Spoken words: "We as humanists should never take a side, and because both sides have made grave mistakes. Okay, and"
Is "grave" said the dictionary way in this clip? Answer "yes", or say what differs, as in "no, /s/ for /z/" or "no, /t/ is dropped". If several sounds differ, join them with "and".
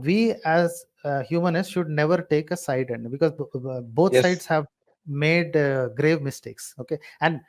yes